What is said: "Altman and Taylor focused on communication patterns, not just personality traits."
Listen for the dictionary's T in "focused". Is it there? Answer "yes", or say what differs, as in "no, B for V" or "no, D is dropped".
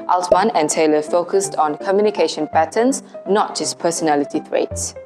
yes